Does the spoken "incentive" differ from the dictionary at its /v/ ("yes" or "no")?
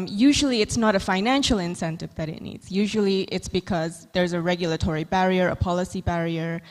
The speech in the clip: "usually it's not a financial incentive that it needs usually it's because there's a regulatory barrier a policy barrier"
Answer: no